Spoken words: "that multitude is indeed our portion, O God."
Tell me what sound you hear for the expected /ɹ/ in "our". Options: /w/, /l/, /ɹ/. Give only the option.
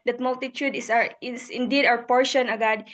/w/